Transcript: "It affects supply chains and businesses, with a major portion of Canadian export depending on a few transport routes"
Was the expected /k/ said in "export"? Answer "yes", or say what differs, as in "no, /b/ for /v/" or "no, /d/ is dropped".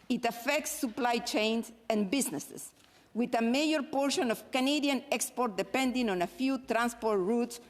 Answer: yes